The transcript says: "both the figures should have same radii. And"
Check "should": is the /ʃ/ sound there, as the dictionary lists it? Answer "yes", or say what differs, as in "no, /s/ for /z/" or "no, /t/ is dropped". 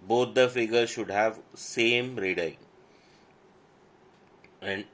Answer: yes